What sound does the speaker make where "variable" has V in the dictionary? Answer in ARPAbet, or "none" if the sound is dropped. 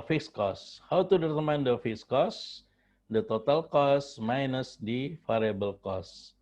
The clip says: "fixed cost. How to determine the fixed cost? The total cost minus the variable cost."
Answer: F